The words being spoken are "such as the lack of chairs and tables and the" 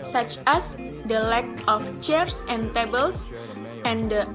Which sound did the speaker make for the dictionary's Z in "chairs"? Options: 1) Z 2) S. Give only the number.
2